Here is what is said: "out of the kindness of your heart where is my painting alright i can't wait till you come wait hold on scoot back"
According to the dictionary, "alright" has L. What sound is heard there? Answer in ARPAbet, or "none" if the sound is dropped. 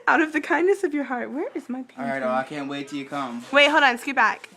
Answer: none